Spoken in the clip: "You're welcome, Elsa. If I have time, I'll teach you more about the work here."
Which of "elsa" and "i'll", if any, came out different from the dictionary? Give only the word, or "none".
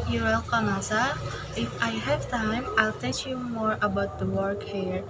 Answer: elsa